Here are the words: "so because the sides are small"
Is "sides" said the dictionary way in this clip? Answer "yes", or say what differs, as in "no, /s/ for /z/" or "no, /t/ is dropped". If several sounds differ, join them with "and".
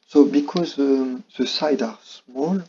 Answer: no, /z/ is dropped